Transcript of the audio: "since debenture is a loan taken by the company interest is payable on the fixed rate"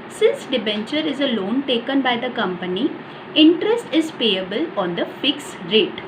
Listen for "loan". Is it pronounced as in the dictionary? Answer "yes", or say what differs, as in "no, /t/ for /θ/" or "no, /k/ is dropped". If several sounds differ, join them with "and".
yes